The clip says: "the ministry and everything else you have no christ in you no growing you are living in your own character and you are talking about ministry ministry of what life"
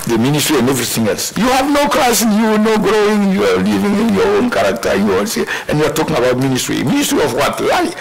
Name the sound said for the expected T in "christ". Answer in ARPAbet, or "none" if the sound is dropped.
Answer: none